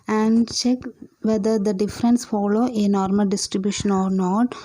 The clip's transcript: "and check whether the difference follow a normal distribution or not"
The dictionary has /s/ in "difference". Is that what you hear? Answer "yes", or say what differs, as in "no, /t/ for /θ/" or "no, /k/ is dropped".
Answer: yes